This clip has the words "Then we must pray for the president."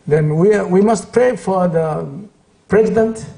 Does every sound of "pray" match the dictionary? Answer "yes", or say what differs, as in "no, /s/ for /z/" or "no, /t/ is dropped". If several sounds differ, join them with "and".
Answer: yes